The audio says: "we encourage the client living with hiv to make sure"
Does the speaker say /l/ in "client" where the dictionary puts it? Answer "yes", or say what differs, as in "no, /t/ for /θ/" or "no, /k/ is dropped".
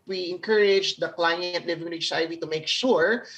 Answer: yes